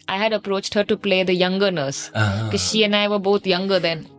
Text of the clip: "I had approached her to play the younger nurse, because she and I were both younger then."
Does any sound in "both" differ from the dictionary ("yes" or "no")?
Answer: yes